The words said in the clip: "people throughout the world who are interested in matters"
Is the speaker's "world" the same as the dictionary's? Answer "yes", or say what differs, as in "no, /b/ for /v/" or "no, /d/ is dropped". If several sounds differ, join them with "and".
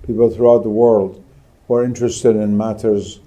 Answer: yes